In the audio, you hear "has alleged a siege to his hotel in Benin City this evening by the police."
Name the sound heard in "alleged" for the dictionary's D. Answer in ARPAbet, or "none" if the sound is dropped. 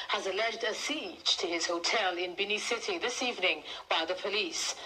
D